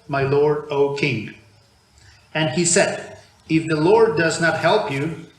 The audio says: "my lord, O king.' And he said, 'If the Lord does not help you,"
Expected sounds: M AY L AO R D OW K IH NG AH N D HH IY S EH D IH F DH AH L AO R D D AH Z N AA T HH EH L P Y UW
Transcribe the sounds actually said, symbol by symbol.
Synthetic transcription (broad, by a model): M AY L AO R D OW K IH NG AH N D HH IY S EH D IH F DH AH L AO R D D AH Z N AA T HH EH L P Y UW